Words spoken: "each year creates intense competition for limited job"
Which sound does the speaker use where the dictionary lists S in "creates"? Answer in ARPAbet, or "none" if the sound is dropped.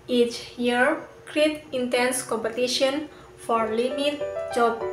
none